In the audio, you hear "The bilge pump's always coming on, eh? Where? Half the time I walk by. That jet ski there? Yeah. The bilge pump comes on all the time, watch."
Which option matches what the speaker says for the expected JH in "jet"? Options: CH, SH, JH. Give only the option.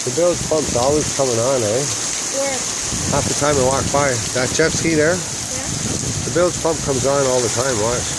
CH